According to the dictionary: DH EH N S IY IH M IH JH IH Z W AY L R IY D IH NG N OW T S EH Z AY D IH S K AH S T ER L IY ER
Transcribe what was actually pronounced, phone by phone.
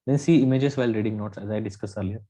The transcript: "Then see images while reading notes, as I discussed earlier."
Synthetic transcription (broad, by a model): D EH N S IY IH M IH JH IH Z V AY L R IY D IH NG N OW T S EH Z AY D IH S K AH S ER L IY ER